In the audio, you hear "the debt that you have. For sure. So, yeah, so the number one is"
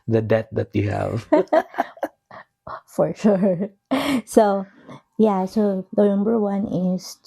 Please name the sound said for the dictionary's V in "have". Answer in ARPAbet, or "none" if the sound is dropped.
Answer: V